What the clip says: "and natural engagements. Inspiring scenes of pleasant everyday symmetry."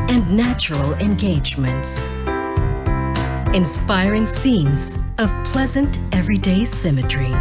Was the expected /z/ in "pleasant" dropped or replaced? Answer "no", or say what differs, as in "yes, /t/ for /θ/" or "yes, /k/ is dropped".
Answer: no